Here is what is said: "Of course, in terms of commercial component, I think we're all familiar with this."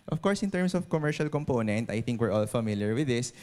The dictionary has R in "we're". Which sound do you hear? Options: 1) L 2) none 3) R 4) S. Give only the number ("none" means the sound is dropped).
3